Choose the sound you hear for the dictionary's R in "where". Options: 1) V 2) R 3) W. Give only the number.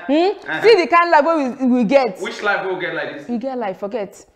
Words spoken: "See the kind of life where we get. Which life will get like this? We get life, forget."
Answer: 3